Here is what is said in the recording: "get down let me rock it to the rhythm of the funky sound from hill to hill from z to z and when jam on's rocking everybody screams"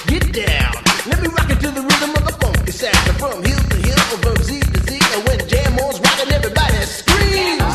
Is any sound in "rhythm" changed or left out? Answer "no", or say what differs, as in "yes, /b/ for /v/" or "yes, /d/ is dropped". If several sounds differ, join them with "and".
no